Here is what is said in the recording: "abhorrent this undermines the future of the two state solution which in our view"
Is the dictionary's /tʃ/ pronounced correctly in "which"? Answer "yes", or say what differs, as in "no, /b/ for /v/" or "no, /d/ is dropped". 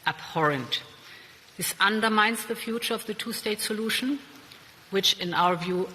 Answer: yes